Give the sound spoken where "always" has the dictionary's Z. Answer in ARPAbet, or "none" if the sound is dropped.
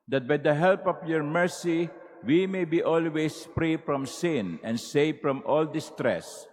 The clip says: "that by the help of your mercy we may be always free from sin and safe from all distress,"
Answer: S